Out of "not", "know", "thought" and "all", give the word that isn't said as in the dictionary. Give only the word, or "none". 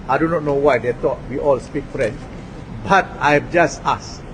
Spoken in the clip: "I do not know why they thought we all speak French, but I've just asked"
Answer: thought